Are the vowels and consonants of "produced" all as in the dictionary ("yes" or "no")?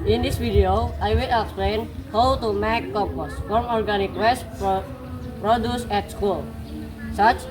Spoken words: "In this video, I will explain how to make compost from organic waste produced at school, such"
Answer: no